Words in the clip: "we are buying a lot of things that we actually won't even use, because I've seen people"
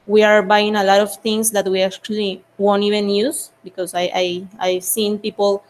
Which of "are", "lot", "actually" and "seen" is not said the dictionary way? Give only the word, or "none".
none